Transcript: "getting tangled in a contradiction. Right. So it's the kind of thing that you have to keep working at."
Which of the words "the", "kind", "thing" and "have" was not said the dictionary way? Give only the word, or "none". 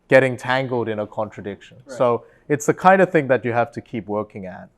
have